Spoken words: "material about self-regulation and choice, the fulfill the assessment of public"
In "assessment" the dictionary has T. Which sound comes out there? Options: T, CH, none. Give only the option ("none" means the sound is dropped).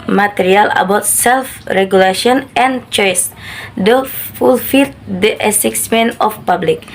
none